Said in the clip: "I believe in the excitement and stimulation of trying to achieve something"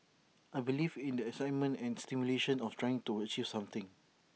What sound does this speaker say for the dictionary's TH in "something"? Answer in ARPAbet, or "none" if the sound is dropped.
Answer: T